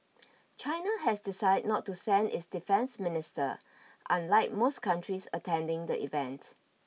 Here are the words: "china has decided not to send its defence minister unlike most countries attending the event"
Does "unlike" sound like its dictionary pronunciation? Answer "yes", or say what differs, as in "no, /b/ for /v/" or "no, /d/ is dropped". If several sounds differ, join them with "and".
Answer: yes